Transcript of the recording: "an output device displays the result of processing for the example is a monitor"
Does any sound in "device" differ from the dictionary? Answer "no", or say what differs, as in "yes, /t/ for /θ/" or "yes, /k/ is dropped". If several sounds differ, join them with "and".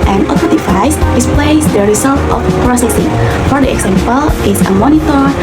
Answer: yes, /f/ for /v/